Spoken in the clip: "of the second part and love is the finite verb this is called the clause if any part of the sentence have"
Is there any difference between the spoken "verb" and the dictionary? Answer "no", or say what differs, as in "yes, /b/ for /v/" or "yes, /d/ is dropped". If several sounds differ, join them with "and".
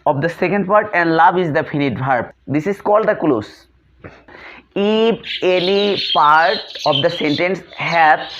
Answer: yes, /b/ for /v/